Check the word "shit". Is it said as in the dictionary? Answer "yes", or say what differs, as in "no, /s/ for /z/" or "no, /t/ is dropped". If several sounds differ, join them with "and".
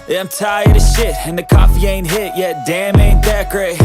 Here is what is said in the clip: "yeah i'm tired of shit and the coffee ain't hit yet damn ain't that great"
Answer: yes